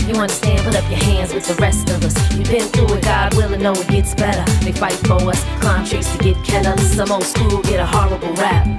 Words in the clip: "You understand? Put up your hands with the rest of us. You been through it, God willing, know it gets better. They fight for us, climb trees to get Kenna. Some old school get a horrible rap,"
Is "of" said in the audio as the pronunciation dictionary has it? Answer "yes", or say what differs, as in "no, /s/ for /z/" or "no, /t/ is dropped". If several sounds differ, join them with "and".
yes